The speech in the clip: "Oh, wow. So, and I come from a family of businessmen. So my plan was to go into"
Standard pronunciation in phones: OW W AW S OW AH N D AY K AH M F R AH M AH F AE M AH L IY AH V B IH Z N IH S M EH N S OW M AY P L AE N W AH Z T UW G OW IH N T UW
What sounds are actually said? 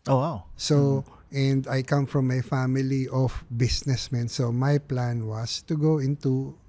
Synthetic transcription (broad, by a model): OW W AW S OW AH N D AY K AH M F R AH M AH F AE M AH L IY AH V B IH S N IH S M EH N S OW M AY P L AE N W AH S T UW G OW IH N T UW